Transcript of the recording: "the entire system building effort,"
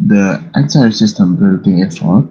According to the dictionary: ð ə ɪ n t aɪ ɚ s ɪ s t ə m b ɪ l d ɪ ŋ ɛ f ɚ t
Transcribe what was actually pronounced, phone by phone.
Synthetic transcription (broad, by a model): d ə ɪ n s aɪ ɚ s ɪ s t ə m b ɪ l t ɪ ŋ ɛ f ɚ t